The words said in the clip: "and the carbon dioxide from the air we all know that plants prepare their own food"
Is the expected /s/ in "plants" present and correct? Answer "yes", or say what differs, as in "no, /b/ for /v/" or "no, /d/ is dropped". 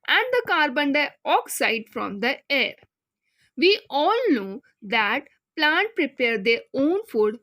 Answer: no, /s/ is dropped